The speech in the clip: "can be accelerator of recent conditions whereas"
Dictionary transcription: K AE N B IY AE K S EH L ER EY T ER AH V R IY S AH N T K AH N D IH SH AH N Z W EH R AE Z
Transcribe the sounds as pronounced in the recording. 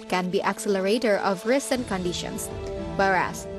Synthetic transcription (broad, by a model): K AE N B IY AE K S EH L ER EY T ER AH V R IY S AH N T K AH N D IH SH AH N S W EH R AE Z